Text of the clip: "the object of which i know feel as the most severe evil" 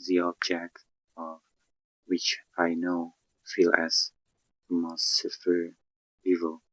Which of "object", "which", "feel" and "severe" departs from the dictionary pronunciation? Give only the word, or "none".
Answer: severe